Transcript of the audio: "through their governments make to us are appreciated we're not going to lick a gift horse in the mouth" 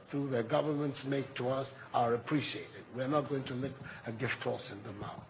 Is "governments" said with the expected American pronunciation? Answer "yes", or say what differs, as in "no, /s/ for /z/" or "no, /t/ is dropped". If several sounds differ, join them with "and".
yes